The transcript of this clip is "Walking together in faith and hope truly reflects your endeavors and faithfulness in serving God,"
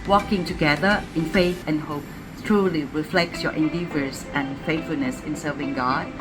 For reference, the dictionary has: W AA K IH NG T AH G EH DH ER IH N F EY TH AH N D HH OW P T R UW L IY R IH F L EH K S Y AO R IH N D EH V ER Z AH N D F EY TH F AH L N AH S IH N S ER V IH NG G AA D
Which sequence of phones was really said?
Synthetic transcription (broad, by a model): W AA K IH NG T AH G EH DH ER IH N F EY TH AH N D HH OW P T R UW L IY R IH F L EH K S Y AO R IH N D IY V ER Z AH N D F EY TH F AH L N AH S IH N S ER V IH NG G AA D